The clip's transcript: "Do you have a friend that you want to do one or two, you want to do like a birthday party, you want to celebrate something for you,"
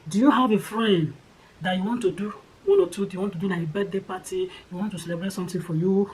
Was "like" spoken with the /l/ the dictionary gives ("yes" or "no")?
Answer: no